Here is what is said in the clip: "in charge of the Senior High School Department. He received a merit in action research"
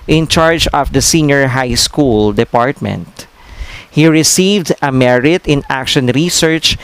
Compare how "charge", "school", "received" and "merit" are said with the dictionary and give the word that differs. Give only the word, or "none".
none